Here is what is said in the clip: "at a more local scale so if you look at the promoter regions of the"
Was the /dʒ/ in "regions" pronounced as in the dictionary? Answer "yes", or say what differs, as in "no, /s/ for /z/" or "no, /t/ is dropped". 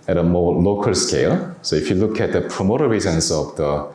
no, /z/ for /dʒ/